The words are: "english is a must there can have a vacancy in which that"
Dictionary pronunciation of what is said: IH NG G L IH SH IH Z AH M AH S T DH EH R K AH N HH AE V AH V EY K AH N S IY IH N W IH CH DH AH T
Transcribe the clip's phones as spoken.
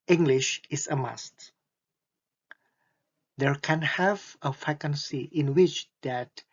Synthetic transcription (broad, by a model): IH NG G L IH SH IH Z AH M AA S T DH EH R K AH N HH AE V AH F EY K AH N S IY IH N W IH CH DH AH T